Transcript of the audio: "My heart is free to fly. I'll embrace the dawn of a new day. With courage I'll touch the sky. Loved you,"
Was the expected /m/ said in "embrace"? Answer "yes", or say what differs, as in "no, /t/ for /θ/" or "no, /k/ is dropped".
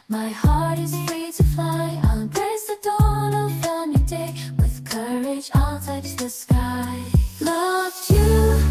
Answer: no, /m/ is dropped